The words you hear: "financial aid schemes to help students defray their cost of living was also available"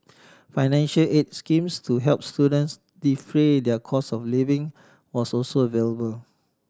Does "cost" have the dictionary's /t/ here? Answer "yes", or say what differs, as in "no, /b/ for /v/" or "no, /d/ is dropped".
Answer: no, /t/ is dropped